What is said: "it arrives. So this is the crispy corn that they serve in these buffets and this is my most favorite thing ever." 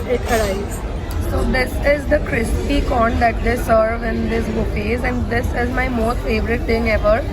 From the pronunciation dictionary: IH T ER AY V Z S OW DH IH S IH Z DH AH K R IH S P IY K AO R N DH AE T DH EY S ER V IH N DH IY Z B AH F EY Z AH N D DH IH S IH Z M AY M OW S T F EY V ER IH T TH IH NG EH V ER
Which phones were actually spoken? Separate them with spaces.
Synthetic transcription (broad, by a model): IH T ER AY Z S OW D IH S IH Z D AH K R IH S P IY K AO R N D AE T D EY S ER V IH N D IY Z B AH P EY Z AH N D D IH S IH Z M AY M OW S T F EY V ER IH T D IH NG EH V ER